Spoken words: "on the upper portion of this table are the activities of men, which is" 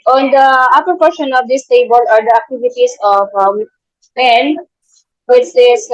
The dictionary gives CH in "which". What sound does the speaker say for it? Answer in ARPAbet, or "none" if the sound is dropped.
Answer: S